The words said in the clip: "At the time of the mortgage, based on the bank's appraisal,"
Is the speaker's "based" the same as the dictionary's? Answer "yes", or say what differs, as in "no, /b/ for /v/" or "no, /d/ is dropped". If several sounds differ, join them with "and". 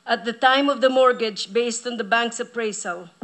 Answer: yes